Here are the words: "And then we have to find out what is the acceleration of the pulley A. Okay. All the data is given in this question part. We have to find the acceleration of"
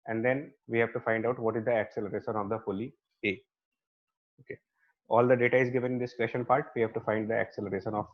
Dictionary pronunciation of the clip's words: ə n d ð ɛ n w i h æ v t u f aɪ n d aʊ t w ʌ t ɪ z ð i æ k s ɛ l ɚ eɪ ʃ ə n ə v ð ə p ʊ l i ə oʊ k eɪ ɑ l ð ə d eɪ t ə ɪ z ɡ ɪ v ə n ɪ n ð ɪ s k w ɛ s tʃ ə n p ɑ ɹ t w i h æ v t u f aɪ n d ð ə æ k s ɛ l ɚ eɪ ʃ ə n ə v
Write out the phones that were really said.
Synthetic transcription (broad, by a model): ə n d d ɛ n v i h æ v t u f aɪ n d aʊ t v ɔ t ɪ z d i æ k s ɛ l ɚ eɪ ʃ ə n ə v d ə f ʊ l i ə oʊ k eɪ ɑ l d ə d eɪ t ə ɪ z ɡ ɪ v ə n ɪ n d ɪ s k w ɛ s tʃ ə n p ɑ ɹ t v i h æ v t u f aɪ n d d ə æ k s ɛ l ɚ eɪ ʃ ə n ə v